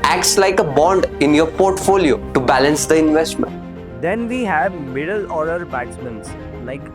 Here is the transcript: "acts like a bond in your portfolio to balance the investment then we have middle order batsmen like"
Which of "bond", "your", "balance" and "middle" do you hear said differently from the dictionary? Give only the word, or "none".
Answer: none